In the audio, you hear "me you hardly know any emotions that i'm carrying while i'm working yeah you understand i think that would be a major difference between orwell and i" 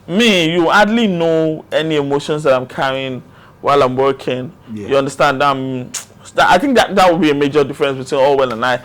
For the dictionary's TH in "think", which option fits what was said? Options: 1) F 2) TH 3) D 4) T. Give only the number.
2